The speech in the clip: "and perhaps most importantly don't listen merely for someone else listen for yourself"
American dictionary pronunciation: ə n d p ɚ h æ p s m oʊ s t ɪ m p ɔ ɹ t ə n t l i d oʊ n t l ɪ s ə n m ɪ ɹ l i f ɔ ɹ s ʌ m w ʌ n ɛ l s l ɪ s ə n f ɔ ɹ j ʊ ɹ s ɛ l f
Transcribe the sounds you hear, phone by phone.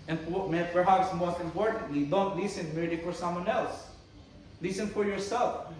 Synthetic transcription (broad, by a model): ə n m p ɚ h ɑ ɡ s m oʊ s t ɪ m p ɔ ɹ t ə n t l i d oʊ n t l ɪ s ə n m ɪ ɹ i f ɔ ɹ s ʌ m w ʌ n ɛ l s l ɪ s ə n f ɔ ɹ j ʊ ɹ s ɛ l f